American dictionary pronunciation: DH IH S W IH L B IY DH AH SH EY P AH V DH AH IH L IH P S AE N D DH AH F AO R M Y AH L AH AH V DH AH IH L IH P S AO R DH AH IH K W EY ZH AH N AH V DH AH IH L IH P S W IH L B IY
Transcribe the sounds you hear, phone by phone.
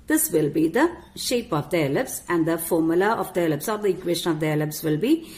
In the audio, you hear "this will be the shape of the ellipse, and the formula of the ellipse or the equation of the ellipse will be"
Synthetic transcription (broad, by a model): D IH S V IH L B IY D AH SH EY P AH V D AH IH L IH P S AE N D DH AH F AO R M Y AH L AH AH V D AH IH L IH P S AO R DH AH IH K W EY SH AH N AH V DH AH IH L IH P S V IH L B IY